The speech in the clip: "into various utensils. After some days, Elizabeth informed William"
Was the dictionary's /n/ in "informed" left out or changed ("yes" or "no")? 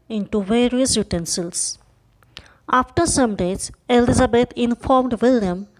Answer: no